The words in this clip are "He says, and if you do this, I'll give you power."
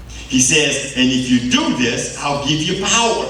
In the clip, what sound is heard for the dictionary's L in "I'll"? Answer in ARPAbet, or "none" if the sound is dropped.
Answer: L